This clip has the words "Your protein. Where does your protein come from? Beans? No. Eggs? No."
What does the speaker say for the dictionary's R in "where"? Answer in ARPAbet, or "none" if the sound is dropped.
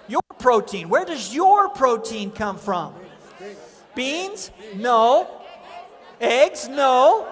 R